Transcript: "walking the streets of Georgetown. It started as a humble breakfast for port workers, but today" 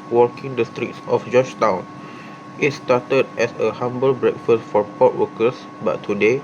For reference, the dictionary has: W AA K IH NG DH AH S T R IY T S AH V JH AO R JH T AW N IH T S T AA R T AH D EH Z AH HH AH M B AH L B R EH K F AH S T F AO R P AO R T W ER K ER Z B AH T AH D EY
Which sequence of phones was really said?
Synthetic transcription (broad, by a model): W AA K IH NG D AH S T R IY T S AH F JH AO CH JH T AW N IH T S T AA T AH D EH S AH HH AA M B AH L B R EH K F AH S T F AO R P AO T W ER K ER S B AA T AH D EY